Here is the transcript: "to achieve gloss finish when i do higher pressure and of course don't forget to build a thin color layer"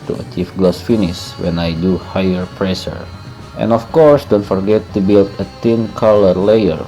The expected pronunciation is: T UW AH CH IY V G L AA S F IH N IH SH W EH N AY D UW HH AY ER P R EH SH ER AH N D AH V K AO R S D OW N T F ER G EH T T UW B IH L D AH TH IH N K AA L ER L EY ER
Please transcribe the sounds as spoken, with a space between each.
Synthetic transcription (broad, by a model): T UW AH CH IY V G L AA S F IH N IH S W EH N AY D UW HH AY ER P R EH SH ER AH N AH F K AO R S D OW N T F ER G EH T T UW B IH L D AH T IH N K AA L ER L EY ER